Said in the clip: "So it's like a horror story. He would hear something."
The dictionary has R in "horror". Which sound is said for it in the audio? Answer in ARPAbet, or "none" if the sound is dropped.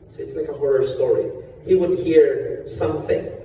R